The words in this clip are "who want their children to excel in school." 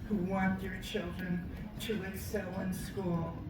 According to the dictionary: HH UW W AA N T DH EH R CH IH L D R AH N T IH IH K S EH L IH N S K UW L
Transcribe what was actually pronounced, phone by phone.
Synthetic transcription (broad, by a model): HH UW W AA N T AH R CH IH L D R AH N T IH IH S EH L IH N S K UW L